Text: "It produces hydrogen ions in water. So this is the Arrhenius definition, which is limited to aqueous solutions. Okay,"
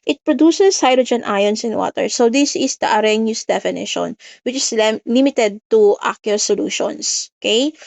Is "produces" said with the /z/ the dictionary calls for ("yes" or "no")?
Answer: no